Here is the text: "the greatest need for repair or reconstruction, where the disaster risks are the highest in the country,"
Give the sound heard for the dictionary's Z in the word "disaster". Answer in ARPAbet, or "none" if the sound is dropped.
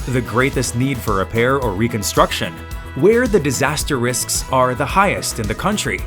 Z